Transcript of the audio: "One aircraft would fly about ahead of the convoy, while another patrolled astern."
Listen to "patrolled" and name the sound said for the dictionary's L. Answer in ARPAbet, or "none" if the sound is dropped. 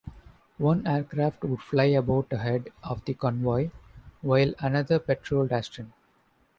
L